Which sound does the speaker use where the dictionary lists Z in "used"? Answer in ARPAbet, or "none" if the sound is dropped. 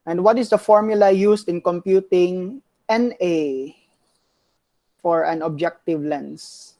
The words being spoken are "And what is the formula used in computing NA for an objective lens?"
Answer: S